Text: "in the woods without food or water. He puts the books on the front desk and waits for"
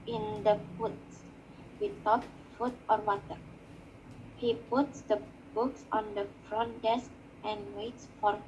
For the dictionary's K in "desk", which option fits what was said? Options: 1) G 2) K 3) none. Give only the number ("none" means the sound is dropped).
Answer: 2